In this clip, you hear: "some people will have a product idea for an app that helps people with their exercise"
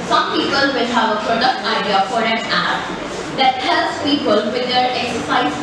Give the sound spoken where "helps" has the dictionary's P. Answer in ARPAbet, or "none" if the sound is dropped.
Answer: none